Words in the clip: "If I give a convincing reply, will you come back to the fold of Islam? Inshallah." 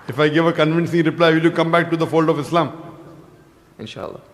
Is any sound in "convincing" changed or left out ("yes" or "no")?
no